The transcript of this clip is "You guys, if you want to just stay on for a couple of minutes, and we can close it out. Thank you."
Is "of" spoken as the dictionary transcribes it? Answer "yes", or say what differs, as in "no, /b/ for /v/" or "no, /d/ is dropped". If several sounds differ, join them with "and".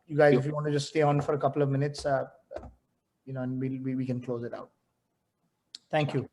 yes